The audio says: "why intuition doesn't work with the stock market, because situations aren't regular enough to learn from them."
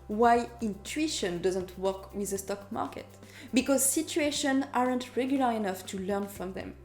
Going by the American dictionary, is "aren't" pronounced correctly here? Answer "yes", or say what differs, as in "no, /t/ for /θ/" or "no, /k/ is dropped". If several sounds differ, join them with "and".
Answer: yes